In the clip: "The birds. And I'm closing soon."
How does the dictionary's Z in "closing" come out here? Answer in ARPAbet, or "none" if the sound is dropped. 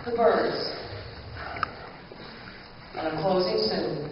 Z